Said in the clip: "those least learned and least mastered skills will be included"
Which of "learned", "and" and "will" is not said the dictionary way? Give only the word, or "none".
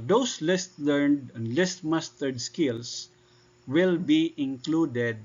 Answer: none